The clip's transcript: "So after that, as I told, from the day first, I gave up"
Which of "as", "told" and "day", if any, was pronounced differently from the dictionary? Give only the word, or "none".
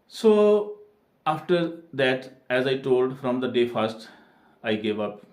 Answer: none